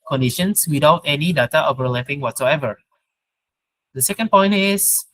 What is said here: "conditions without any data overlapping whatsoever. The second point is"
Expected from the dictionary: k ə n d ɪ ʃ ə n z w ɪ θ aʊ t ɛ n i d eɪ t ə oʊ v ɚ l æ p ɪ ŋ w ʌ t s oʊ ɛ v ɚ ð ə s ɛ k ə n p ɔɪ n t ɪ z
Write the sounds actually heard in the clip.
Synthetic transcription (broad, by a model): k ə n d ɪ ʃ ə n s w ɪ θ aʊ t ɛ n i d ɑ t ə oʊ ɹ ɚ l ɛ f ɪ ŋ w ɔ t s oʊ ɛ v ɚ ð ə s ɛ k ə n p ɔɪ n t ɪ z